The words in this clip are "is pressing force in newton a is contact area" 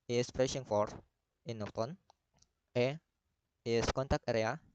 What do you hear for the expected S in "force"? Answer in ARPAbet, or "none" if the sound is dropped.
none